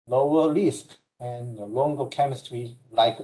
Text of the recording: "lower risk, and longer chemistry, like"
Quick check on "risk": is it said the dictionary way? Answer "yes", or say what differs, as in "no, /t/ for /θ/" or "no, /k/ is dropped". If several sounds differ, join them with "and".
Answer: no, /l/ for /ɹ/